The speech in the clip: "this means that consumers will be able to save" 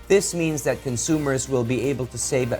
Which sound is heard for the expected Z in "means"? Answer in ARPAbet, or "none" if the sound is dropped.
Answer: Z